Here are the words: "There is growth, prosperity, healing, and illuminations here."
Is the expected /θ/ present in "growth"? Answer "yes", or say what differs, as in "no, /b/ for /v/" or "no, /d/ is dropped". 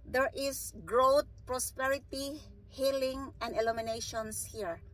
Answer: no, /t/ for /θ/